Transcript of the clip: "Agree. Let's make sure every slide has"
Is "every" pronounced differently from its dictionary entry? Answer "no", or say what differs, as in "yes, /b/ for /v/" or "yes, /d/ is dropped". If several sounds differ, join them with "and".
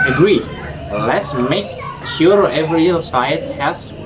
no